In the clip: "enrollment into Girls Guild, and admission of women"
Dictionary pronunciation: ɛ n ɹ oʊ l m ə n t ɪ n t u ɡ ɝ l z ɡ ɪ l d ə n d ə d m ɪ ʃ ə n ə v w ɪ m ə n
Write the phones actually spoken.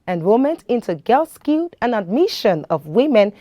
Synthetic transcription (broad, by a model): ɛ n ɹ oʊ m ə n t ɪ n t u ɡ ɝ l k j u d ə n ə d m ɪ ʃ ə n ə v w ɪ m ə n